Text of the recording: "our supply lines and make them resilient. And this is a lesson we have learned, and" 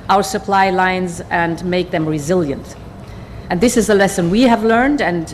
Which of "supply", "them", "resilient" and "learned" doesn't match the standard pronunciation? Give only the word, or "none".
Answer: none